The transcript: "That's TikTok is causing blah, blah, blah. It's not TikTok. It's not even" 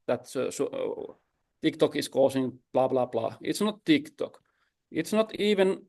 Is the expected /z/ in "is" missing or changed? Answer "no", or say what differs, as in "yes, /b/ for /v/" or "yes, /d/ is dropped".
yes, /s/ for /z/